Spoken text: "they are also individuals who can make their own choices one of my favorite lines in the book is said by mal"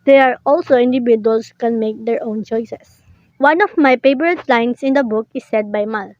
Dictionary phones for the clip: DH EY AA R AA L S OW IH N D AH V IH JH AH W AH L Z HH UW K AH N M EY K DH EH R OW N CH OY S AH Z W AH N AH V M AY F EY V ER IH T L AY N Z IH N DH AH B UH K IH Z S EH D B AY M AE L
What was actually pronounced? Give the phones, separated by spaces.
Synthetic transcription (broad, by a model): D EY AA R AA L S OW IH N D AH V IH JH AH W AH L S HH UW K AH N M EY K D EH R OW N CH OY S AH S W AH N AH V M AY P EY P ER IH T L AY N S IH N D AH B UH K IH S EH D B AY M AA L